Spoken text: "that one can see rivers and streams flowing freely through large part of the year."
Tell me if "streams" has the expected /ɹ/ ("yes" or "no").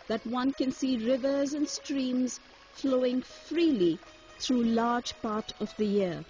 yes